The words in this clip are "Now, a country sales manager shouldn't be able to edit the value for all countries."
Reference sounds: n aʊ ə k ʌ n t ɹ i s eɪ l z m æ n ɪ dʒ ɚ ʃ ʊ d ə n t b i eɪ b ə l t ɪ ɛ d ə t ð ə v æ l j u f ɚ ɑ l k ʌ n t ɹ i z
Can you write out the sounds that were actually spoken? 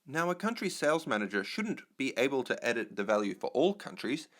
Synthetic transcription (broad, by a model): n aʊ ə k ʌ n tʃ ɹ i s eɪ l z m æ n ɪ dʒ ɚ ʃ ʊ d n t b i eɪ b ə l t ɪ ɛ d ə t ð ə v æ l j u f ɚ ɑ l k ʌ n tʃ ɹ i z